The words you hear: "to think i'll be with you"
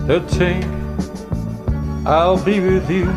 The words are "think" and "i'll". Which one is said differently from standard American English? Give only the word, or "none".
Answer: think